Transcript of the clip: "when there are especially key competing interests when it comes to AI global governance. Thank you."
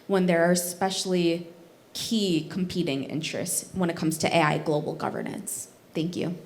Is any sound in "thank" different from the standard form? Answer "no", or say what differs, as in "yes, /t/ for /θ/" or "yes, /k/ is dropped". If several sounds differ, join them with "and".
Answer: no